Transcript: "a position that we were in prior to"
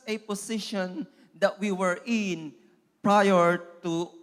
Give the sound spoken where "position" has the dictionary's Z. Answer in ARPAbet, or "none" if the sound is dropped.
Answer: S